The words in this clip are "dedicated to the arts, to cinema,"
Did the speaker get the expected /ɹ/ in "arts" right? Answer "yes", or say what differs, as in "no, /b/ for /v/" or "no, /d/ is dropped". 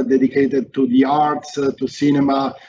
yes